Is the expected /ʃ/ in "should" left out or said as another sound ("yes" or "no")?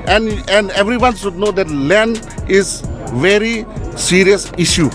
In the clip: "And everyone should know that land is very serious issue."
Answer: yes